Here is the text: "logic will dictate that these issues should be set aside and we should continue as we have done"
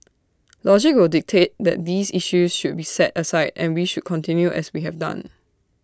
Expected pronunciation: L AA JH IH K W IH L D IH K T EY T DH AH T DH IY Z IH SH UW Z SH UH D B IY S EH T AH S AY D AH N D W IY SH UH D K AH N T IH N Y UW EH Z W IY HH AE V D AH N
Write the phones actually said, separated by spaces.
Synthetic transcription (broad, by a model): L AA JH IH K W IH L D IH K T EY T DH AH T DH IY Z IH SH UW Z SH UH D B IY S EH T AH S AY D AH N W IY SH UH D K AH N T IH N Y UW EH S W IY HH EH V D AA N